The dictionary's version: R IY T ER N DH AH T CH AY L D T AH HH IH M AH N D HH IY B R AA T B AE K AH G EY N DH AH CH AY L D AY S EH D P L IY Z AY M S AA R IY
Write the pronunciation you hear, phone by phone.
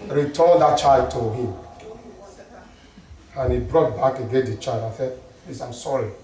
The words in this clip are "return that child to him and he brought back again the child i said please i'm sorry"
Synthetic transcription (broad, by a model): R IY T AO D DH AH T CH AY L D T AH HH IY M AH N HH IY B R AA T B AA K AH G EY N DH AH CH AY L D AY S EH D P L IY S AY M S AA R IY